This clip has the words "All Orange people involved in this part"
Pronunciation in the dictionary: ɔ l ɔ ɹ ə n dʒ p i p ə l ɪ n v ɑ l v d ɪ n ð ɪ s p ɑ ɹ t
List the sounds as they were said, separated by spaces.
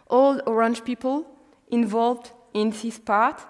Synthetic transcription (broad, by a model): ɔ l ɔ ɹ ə n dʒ p i p ə l ɪ n v ɑ l v d ɪ n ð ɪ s p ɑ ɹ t